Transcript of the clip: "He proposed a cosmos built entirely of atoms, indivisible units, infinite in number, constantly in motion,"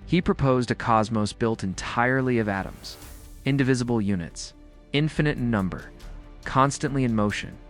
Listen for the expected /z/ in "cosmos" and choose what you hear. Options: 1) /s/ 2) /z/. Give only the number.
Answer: 2